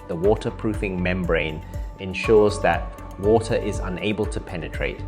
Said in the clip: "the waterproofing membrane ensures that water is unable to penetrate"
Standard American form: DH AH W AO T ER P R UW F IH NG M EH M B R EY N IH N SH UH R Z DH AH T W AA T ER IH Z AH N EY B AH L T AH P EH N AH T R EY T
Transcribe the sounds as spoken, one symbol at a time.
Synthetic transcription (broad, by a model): DH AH W AO T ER P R UW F IH NG M EH M B R EY N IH N SH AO Z DH AH T W AA T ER IH Z AH N EY B AH L T AH P EH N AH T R EY T